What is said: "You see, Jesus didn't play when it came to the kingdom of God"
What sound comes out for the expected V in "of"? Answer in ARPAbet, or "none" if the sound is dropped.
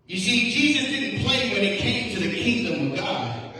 V